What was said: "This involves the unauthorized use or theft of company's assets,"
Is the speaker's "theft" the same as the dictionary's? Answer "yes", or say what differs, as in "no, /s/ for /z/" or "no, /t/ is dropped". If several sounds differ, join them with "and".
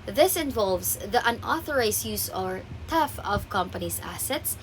no, /t/ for /θ/ and /t/ is dropped